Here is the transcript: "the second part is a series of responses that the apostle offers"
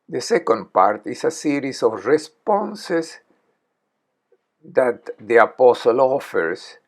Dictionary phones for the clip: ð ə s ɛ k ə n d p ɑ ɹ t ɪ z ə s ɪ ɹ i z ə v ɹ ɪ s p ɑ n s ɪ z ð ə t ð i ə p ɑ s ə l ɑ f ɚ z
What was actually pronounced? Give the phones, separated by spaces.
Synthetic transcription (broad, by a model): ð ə s ɛ k ə n d p ɑ ɹ t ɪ s ə s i ɹ i s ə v ɹ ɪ s p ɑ n s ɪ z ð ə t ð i ə p ɑ s ə l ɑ f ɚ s